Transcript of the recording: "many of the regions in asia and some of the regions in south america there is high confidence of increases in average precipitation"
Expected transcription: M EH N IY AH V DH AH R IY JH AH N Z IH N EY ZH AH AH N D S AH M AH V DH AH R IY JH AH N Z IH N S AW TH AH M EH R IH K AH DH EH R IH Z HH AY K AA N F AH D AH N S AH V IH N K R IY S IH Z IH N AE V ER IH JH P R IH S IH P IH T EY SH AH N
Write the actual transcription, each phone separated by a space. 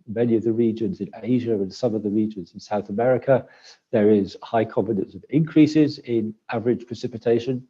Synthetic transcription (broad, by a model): M EH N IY AH V DH AH R IY JH AH N Z IH N EY ZH AH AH N S AH M AH V DH AH R IY JH AH N Z IH N S AW TH AH M EH R IH K AH DH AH R IH Z HH AY K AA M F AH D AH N S AH V IH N K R IY S IH Z IH N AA V ER IH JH P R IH S IH P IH T EY SH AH N